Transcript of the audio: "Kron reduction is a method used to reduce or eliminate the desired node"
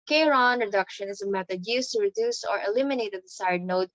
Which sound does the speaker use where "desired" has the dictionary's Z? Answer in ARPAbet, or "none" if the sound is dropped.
S